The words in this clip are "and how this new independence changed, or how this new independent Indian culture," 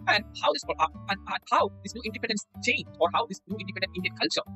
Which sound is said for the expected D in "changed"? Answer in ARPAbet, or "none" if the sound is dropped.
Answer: none